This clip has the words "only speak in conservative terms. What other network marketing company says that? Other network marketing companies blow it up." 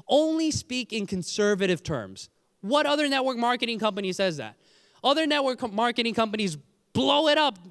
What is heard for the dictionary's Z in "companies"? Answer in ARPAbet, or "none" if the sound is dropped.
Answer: Z